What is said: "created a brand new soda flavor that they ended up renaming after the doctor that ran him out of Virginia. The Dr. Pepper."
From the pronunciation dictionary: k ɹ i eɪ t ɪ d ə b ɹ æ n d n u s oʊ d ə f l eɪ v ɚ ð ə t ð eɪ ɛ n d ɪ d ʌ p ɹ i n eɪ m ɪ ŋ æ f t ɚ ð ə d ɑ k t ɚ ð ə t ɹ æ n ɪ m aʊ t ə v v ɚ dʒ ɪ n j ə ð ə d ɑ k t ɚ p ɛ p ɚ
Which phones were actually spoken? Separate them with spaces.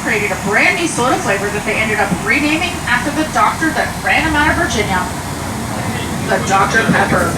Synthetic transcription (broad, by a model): k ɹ i eɪ t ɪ d ə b ɹ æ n n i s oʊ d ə f l eɪ v ɚ ð ə t ð eɪ ɛ n d ɪ d ʌ p ɹ i n eɪ m ɪ ŋ æ f t ɚ ð ə d ɑ k t ɚ ð ə t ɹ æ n ɪ m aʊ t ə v v ɚ dʒ ɪ n j ə ð ə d ɑ k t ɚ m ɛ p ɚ